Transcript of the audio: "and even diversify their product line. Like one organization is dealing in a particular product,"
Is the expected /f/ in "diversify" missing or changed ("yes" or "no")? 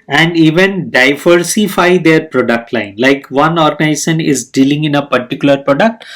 no